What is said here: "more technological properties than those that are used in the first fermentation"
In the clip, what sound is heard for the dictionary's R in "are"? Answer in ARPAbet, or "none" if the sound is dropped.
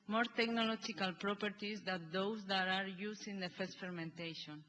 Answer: R